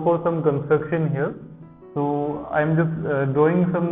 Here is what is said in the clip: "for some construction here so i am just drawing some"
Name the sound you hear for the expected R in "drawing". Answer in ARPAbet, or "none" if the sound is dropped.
none